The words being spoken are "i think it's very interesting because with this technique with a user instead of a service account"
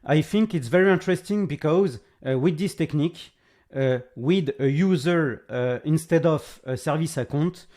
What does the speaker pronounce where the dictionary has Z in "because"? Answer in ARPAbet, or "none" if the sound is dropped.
Z